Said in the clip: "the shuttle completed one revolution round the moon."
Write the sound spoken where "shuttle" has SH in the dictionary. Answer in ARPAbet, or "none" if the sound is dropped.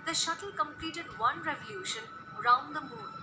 SH